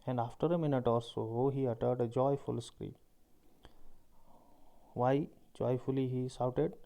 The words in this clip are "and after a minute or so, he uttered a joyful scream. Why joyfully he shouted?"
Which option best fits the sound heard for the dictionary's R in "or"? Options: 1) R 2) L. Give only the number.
2